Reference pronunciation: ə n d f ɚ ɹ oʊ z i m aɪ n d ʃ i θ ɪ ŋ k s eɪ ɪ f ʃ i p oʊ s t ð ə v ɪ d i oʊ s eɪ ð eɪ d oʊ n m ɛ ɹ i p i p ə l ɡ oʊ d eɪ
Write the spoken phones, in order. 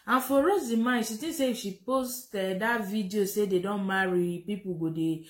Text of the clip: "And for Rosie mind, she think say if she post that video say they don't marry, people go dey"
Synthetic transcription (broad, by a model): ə n f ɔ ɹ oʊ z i m aɪ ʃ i t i s eɪ ɪ f ʃ i p oʊ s t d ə v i d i oʊ s eɪ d eɪ d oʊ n m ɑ ɹ i p i p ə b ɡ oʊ d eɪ